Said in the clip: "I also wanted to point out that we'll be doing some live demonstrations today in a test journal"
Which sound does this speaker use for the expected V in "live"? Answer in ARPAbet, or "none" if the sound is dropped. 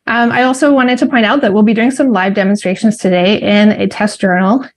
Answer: V